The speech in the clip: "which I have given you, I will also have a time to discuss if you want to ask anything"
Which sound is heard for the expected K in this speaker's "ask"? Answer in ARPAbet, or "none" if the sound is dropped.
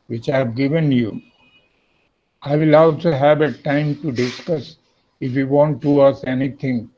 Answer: none